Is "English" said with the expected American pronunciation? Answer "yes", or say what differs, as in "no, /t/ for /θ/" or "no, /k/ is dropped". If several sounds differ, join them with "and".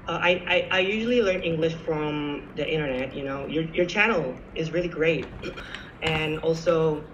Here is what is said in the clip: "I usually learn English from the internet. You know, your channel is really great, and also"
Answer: yes